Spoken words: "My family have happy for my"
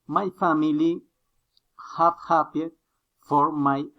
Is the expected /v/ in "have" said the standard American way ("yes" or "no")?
no